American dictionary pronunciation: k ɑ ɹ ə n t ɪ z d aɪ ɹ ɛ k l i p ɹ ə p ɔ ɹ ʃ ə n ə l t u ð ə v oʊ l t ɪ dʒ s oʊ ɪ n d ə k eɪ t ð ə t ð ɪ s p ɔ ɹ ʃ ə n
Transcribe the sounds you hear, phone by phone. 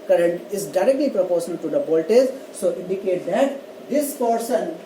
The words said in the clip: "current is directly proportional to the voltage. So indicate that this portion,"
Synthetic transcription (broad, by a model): k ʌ ɹ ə n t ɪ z d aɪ ɹ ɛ k l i p ɹ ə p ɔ ɹ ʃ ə n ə l t u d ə p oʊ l t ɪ z s oʊ ɪ n d ə k eɪ t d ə t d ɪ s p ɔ ɹ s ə n